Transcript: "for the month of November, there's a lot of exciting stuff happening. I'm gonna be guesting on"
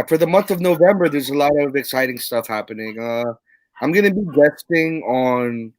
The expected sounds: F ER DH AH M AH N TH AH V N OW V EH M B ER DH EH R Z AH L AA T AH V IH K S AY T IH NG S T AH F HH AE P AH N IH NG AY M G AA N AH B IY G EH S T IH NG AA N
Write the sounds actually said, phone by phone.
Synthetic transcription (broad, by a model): F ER DH AH M AH N TH AH V N OW V EH M B ER DH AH R Z AH L AA T AH V IH K S AY T IH NG S T AH F HH AE P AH N IH NG AY M G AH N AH B IY G EH S T IH NG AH N